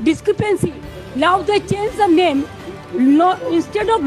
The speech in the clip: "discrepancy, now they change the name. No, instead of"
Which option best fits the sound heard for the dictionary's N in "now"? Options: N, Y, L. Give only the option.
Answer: L